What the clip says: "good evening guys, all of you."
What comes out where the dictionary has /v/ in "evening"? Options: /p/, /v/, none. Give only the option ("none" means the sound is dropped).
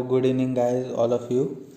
none